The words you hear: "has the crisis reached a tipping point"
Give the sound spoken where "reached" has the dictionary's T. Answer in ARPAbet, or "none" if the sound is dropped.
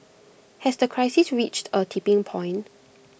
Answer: T